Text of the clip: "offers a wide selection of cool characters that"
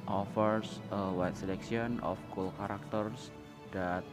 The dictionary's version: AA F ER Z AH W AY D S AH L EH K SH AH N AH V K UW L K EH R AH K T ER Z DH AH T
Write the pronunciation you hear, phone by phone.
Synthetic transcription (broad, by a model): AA F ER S AH W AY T S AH L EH K S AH N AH F K UW L K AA R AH K T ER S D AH T